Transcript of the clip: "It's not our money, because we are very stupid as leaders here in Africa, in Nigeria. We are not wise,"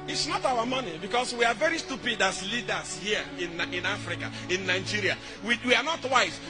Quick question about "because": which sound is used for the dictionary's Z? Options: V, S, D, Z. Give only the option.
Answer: S